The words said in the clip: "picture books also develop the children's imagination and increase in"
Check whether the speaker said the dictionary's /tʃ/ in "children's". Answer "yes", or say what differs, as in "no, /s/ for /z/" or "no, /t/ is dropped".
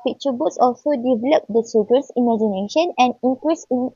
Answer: no, /s/ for /tʃ/